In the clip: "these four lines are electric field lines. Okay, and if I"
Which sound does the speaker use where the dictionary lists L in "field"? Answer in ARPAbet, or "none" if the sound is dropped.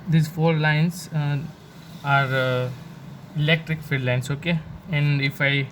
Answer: none